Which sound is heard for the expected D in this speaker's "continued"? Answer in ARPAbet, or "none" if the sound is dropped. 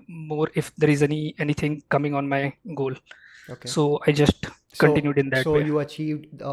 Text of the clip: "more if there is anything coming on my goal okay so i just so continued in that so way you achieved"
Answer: D